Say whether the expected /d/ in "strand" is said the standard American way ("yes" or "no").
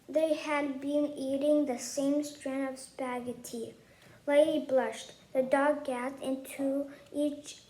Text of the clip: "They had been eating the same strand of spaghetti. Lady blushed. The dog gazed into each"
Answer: no